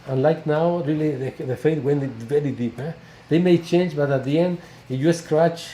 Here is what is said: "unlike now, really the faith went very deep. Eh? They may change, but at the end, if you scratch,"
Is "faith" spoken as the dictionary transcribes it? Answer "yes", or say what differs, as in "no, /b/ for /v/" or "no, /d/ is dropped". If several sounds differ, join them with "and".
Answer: no, /t/ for /θ/